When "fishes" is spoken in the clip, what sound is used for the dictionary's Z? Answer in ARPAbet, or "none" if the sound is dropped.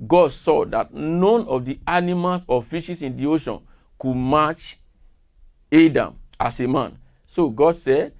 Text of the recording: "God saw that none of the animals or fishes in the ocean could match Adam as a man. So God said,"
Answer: S